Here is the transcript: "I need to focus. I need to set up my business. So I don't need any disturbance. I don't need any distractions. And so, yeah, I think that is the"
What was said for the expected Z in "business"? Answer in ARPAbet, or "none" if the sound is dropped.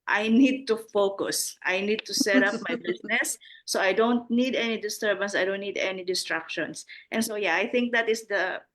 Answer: S